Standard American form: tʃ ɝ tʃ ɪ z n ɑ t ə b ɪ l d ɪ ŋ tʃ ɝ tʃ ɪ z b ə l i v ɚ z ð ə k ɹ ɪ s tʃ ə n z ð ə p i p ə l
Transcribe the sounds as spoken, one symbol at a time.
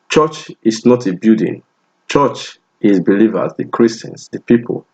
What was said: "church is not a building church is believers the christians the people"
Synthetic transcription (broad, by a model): tʃ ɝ tʃ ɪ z n ɑ t ə b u d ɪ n tʃ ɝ tʃ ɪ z b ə l i v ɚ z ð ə k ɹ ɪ s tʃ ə n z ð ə p i p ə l